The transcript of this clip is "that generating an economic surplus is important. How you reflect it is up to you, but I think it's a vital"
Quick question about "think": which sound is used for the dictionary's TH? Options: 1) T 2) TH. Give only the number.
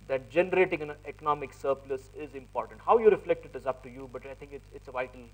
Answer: 1